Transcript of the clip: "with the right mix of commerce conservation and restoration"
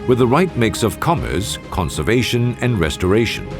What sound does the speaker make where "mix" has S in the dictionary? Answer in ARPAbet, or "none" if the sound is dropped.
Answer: S